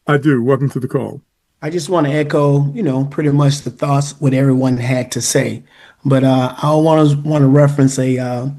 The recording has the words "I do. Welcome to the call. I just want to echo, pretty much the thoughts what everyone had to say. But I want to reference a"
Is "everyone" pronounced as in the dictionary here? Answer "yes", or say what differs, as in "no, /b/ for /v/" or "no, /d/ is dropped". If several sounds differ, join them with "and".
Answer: yes